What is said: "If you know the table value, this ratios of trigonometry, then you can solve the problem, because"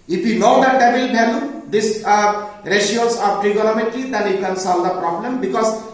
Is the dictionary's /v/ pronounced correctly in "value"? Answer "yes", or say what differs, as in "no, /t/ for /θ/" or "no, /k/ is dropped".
no, /b/ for /v/